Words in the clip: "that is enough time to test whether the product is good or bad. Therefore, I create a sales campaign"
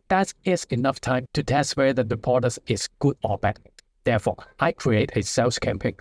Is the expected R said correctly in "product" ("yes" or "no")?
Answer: no